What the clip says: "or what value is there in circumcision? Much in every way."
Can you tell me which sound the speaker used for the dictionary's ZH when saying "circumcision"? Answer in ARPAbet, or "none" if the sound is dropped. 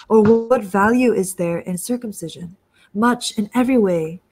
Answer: ZH